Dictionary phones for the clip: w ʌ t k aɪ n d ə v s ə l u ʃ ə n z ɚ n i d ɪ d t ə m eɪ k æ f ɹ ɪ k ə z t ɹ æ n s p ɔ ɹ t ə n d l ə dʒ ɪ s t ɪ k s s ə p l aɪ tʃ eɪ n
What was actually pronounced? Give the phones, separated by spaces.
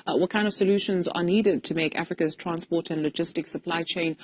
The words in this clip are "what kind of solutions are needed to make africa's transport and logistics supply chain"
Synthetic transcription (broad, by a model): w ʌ t k aɪ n d ə v s ə l u ʃ ə n z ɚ n i d ɪ d t ə m eɪ k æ f ɹ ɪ k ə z t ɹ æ n s p ɔ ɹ t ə n l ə dʒ ɪ s t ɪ k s s ə p l aɪ tʃ eɪ n